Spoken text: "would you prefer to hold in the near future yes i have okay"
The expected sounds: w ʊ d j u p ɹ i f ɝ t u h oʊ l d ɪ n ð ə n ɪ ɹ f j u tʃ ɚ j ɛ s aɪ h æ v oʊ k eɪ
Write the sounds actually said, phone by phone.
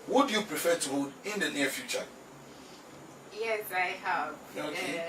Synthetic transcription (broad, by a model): w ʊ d j u p ɹ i f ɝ t u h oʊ d ɪ n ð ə n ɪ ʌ f j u tʃ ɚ j ɛ s aɪ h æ p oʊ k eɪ